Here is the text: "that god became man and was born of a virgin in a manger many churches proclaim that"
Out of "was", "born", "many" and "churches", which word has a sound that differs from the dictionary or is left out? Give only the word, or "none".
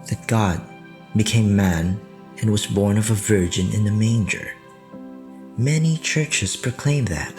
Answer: none